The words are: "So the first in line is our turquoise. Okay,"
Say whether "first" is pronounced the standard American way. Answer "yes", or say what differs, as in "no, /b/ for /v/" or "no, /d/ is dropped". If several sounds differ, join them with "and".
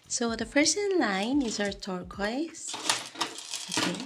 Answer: no, /t/ is dropped